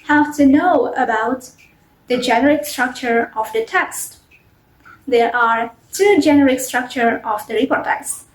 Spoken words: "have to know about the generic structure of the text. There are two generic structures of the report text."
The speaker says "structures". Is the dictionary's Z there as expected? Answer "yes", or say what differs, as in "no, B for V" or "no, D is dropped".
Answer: no, Z is dropped